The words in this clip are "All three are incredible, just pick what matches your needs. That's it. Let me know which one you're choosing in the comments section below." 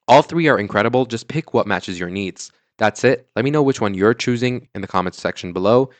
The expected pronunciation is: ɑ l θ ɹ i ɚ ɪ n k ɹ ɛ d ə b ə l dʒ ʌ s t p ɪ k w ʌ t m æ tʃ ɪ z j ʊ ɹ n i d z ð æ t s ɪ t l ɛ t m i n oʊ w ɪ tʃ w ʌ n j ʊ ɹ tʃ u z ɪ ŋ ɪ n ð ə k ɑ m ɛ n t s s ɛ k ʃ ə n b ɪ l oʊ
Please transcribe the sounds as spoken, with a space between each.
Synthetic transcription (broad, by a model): ɑ l θ ɹ i ɚ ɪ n k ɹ ɛ d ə b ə l dʒ ʌ s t p ɪ k w ʌ t m æ tʃ ɪ z j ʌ ɹ n i d z ð æ t s ɪ t l ɛ t m i n oʊ w ɪ tʃ w ʌ n j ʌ ɹ tʃ u z ɪ ŋ ɪ n ð ə k ɑ m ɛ n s s ɛ k ʃ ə n b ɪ l oʊ